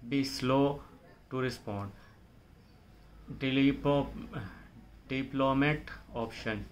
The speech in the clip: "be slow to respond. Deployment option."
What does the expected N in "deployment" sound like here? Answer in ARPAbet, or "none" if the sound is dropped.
none